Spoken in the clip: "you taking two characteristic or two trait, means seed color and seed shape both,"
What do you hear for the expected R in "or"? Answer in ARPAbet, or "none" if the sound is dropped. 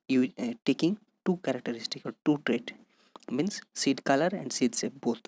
L